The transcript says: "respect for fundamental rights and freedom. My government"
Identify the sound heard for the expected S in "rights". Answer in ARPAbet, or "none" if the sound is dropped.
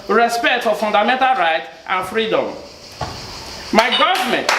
none